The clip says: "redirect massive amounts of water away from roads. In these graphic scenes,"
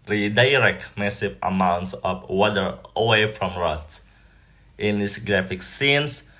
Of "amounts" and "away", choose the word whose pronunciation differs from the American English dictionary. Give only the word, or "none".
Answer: none